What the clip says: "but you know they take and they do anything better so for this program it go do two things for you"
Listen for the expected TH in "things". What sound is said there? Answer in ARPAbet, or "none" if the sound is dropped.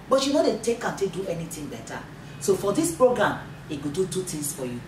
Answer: T